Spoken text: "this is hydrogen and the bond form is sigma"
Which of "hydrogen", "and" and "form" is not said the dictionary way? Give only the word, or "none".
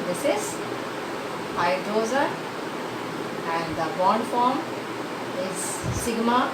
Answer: hydrogen